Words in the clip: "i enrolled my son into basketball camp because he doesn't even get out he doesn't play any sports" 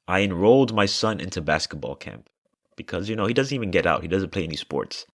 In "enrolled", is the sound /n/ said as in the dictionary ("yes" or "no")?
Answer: yes